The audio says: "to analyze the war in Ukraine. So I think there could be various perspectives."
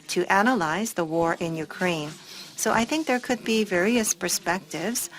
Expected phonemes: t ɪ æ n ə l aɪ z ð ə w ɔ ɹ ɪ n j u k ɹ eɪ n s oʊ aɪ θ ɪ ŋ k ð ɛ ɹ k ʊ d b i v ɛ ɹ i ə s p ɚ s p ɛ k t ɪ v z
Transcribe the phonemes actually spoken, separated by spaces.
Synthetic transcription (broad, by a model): t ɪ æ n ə l aɪ z ð ə w ɔ ɹ ɪ n j u k ɹ eɪ n s oʊ aɪ θ ɪ ŋ k ð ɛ ɹ k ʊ d b i v ɛ ɹ i ə s p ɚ s p ɛ k t ɪ v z